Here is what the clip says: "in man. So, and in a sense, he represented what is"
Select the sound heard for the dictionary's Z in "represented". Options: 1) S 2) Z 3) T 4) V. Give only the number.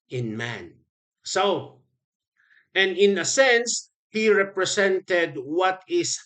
1